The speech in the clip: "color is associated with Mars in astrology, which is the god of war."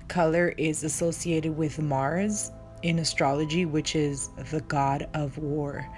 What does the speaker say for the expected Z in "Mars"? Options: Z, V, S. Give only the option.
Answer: Z